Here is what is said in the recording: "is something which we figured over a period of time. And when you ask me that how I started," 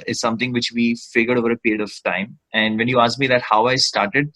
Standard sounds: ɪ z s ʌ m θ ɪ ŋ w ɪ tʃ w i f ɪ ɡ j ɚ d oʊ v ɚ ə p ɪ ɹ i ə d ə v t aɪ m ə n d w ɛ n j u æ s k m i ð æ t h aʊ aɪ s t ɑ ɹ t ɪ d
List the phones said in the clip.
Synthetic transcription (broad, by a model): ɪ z s ʌ m t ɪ ŋ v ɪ tʃ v i f ɪ ɡ j ɚ d oʊ v ɚ ə p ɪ ɹ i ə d ə v t aɪ m ə n d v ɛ n j u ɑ s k m i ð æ t h aʊ aɪ s t ɑ ɹ t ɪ d